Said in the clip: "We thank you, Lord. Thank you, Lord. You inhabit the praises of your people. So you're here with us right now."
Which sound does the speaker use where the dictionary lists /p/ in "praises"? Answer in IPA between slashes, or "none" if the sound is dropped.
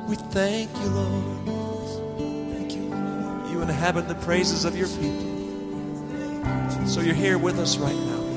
/p/